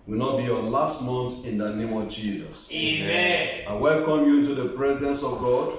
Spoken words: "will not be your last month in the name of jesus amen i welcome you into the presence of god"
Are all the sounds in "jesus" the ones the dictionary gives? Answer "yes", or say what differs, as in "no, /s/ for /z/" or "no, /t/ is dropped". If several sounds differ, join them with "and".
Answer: yes